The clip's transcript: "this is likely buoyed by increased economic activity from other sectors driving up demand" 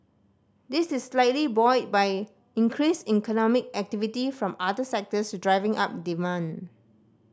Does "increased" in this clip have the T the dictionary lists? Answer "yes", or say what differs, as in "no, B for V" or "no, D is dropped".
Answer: no, T is dropped